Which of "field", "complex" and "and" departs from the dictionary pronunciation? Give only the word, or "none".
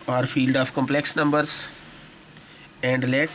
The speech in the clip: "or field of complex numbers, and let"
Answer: none